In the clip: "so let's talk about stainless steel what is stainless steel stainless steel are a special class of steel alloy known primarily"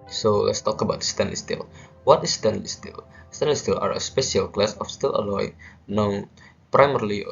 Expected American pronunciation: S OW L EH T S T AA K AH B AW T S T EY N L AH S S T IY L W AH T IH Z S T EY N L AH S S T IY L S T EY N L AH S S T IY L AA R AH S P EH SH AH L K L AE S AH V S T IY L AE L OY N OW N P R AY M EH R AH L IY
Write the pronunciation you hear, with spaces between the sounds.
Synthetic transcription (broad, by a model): S OW L EH T S T AA K AH B AW T S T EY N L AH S S T IY L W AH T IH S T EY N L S S T IY L S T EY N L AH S S T IY L AA R AH S P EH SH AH L K L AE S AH F S T IY L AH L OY N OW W P R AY M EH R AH L IY